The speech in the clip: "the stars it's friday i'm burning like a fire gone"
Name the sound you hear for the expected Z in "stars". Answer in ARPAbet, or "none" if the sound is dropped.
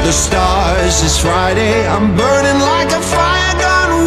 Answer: Z